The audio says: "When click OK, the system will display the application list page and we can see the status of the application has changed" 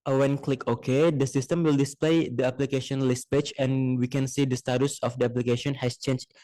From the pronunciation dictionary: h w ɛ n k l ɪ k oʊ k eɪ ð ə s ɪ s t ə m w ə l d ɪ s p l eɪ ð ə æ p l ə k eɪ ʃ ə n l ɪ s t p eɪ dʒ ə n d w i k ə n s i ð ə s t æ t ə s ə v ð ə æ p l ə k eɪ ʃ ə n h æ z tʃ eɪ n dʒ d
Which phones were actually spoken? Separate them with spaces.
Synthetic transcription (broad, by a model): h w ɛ n k l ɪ k oʊ k eɪ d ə s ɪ s t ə m w ə l d ɪ s p l eɪ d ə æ p l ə k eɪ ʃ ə n l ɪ s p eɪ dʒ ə n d w i k ə n s i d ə s t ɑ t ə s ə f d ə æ p l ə k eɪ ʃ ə n h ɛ s tʃ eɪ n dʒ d